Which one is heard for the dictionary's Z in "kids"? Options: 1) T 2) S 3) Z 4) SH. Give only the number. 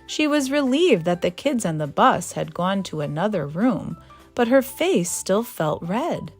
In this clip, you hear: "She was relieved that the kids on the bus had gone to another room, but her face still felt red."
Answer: 3